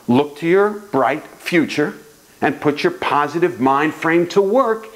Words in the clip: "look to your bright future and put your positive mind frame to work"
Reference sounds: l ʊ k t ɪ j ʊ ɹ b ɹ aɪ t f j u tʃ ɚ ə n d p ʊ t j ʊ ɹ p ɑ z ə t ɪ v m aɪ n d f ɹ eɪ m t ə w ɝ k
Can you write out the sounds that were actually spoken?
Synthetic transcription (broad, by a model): l ʊ k t ɪ j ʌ ɹ b ɹ aɪ t f j u tʃ ɚ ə n p ʊ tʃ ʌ ɹ p ɑ z ə t ɪ v m aɪ n d f ɹ eɪ m t ə w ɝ k